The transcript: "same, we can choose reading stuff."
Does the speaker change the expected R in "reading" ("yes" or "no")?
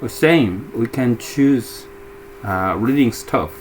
no